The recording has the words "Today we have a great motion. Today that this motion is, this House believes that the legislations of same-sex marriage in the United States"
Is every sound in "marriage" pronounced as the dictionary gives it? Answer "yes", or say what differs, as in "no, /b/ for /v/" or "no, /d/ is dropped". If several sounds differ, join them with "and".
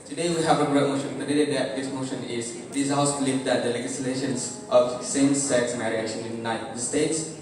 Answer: no, /ʃ/ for /dʒ/